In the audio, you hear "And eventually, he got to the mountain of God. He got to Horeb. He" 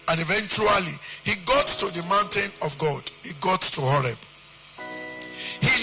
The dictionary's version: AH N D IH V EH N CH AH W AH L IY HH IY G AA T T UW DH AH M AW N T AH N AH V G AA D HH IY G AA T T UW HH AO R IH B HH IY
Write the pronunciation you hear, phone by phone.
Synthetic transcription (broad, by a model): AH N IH V EH N CH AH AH L IY HH IY G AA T T UW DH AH M AW N T AH N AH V G AA D HH IY G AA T T UW HH AO R IH B HH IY